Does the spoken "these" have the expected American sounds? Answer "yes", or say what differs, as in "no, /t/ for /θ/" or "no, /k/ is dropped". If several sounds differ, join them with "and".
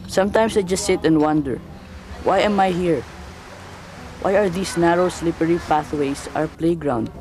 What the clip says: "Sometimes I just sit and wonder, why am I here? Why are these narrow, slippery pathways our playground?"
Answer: no, /s/ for /z/